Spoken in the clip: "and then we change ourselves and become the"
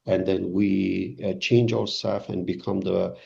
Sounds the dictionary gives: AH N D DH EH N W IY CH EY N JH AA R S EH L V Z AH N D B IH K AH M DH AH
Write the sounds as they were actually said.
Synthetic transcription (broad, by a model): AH N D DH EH N W IY CH EY N JH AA R S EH L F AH N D B IH K AH M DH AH